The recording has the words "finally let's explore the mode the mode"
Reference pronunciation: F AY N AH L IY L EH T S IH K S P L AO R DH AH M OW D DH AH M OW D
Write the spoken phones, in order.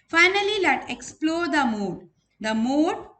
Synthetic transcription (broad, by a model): F AY N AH L IY L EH T IH K S P L AO R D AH M OW D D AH M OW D